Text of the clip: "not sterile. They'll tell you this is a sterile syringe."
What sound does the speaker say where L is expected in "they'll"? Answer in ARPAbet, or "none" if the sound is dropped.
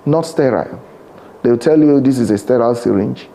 W